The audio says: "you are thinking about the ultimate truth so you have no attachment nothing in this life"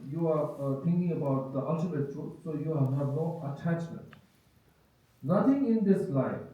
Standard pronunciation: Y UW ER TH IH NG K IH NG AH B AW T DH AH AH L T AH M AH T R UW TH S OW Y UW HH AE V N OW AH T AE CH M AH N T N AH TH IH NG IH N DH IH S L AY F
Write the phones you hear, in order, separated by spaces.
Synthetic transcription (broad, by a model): Y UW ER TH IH NG K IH NG AH B AW T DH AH AH L T AH M AH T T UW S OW Y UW HH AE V N OW AH T AE CH M AH N T N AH T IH NG IH N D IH S L AY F